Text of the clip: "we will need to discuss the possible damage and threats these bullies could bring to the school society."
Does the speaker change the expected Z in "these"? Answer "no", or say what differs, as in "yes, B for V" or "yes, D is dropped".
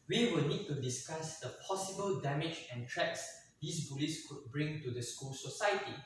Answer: yes, S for Z